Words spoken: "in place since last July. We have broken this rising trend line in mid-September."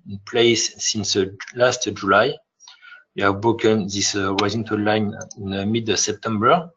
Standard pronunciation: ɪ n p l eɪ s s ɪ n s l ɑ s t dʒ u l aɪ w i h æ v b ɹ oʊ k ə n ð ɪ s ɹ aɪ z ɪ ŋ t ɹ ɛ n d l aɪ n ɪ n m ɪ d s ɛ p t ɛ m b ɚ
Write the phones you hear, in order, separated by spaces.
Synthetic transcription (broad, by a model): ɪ n p l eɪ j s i n s l ɑ s t dʒ u l aɪ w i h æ v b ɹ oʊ k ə n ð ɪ s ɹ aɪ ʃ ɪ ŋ t ɔ n l aɪ n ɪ n m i d s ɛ p t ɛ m b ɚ